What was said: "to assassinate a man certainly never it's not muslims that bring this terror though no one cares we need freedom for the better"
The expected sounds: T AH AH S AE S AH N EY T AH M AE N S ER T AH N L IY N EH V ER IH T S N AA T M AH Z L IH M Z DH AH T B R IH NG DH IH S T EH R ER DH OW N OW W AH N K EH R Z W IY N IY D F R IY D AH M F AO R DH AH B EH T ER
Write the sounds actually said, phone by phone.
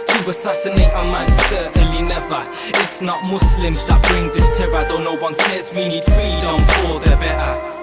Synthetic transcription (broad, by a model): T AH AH S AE S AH N EY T AH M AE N S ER T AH N L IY N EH V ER IH T S N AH T M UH S L IH M Z DH AH T B R IH NG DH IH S T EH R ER DH OW N OW W AH N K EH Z W IY N IY D F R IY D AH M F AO L DH AH B EH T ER